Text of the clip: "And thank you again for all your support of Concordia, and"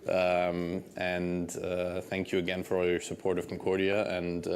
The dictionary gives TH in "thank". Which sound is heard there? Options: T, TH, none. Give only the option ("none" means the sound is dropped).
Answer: TH